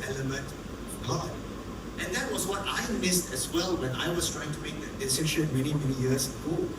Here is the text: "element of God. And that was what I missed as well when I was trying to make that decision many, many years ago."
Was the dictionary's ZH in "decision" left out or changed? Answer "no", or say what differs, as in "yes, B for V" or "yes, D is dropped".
yes, SH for ZH